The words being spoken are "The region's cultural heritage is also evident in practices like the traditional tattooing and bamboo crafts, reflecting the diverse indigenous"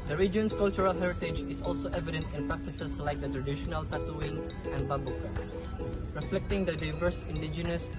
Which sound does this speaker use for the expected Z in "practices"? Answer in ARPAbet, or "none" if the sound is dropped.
S